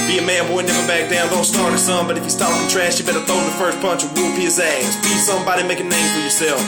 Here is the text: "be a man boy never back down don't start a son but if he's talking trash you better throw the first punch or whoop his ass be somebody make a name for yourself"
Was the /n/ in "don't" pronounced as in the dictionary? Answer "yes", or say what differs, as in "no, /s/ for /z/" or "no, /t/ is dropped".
no, /l/ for /n/